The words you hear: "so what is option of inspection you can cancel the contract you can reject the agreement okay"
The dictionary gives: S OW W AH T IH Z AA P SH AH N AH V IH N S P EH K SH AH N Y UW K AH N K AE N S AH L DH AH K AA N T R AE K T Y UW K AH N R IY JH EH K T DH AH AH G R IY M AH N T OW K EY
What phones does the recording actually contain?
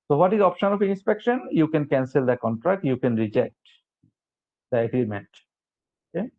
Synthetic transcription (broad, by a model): S OW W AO T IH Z AA P SH AH N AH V IH N S P EH K SH AH N Y UW K AH N K AE N S AH L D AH K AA N T R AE K T Y UW K AH N R IY JH EH K T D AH AH G R IY M AH N T OW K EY